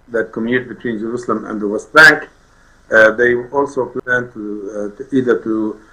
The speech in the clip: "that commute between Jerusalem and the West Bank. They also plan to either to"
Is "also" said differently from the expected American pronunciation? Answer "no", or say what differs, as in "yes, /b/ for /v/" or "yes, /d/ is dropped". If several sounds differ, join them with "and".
no